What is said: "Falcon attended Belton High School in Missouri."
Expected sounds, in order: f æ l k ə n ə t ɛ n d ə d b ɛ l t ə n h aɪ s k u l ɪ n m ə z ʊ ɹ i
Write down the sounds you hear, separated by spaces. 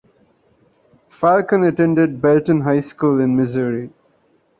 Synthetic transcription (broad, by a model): f æ l k ə n ə t ɛ n d ə d b ɛ l t ə n h aɪ s k u l ɪ n m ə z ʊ ɹ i